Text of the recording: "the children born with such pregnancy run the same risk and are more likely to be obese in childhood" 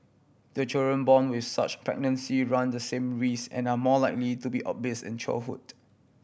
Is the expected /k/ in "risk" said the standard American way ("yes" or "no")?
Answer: no